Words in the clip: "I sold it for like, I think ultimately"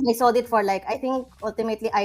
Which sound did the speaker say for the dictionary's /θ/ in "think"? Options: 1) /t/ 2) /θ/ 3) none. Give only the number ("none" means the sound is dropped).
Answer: 1